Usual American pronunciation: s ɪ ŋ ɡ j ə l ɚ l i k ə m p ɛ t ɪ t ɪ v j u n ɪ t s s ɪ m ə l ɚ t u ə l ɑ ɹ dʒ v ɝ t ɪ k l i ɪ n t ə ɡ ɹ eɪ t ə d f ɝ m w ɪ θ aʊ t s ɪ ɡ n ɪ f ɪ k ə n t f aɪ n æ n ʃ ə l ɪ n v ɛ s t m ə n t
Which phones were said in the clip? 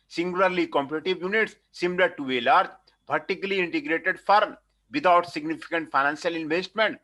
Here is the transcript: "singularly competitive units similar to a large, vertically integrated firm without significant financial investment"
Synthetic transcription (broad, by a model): s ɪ ŋ ɡ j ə l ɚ l i k ə m p ɛ t ɪ t ɪ v j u n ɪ t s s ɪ m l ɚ t u ə l ɑ ɹ dʒ p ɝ t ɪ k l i ɪ n t ə ɡ ɹ eɪ t ə d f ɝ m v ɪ t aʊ t s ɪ ɡ n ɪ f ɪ k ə n t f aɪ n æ n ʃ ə l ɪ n v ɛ s t m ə n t